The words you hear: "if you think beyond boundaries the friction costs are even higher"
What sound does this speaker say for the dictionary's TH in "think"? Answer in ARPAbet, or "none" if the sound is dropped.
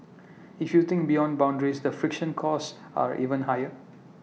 T